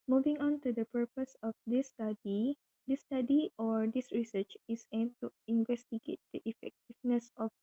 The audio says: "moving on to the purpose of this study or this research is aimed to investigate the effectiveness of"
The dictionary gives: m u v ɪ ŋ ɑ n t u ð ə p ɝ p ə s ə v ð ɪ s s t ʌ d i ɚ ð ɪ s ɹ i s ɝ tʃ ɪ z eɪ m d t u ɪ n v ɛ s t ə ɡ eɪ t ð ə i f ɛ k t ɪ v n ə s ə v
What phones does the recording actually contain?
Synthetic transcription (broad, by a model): m u v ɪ ŋ ɑ n t u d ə p ɝ p ə s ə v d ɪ s s t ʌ d i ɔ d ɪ s ɹ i s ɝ tʃ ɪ s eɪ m t u ɪ n v ɛ s t ə ɡ eɪ t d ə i f ɛ k t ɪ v n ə s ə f